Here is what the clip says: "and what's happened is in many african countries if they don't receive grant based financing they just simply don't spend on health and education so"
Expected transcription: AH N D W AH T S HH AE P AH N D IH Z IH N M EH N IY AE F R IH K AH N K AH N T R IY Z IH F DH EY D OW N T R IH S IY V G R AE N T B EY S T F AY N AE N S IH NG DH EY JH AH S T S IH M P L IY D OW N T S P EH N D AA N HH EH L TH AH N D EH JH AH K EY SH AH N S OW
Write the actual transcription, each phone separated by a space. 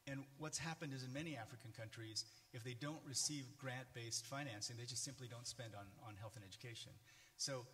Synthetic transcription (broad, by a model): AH N W AH T S HH AE P AH N D IH Z IH N M EH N IY AE F R IH K AH N K AH N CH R IY Z IH F DH EY D OW N T R IH S IY V G R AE N B EY S T F AY N AE N S IH NG DH EY JH AH S T S IH M P L IY D OW N T S P EH N D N N HH EH L TH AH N EH JH AH K EY SH AH N S OW